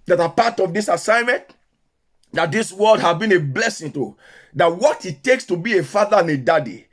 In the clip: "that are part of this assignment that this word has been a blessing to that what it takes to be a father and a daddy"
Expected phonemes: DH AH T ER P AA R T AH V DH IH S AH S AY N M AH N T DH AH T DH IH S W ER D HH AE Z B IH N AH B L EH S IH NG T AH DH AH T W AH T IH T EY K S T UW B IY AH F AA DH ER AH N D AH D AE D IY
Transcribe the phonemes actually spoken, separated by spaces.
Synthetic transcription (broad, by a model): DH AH T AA P AA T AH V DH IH S AH S AY N M AH N T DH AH T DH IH S W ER D HH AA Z B IH N AH B L EH S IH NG T AH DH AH T W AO T IH T EY K S T UW B IY AH F AA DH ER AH N AH D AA D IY